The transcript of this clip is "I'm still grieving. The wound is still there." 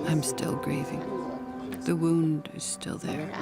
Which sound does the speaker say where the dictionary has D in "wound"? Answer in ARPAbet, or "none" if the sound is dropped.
D